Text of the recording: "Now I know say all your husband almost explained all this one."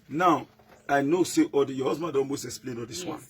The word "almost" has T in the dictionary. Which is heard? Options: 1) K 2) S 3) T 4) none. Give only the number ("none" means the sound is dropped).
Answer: 4